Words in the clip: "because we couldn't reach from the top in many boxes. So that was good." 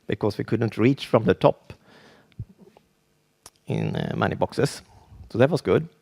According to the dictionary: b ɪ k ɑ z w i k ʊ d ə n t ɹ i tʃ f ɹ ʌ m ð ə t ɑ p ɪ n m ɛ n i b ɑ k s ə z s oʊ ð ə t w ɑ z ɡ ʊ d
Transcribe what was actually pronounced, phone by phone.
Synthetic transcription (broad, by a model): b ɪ k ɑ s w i k ʊ d ə n t ɹ i tʃ f ɹ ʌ m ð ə t ɑ p ɪ n m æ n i b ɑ k s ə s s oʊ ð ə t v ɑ s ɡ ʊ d